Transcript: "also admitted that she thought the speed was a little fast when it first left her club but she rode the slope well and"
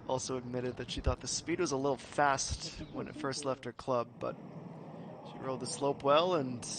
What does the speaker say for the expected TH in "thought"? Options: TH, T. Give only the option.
TH